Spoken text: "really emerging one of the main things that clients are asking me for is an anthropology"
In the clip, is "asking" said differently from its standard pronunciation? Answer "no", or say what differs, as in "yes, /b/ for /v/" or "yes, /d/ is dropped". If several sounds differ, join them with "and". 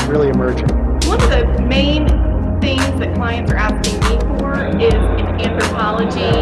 yes, /k/ is dropped